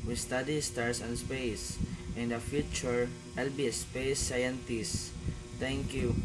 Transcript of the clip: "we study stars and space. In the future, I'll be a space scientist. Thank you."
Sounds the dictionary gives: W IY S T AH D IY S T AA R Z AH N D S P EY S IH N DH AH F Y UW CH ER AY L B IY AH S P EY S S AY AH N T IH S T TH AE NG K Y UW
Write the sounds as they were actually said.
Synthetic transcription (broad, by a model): W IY S T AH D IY S T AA R S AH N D S P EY S IH N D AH F Y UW CH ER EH L B IY AH S P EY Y S AY AH N T IH S T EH NG K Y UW